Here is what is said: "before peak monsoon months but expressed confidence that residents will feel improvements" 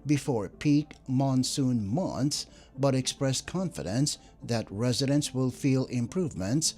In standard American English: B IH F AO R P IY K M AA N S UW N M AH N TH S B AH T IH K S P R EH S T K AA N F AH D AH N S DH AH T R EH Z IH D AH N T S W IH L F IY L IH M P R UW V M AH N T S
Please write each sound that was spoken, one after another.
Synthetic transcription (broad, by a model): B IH F AO R P IY K M AA N S UW N M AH N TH S B AH T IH K S P R EH S K AA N F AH D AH N S DH AH T R EH Z IH D AH N T S W IH L F IY L IH M P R UW V M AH N T S